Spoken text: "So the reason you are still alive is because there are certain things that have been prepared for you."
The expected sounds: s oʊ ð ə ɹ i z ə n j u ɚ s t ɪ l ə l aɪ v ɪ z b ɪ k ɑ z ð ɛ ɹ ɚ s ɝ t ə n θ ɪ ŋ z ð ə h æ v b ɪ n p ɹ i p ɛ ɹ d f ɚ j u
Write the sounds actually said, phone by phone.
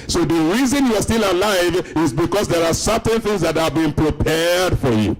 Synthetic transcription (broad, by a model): s oʊ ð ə ɹ i z ə n j u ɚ s t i l ə l aɪ v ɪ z b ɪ k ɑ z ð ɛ ɹ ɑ s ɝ t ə n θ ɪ ŋ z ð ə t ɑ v b ɪ n p ɹ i p ɛ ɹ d f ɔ j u